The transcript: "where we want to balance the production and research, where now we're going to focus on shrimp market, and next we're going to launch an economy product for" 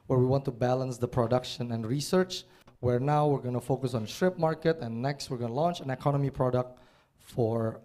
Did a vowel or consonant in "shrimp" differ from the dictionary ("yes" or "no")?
yes